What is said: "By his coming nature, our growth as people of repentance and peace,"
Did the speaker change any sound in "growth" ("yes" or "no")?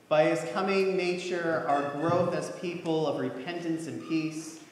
no